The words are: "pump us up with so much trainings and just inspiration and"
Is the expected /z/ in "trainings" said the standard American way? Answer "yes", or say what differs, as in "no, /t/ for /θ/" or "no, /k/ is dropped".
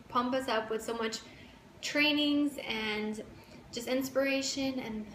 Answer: yes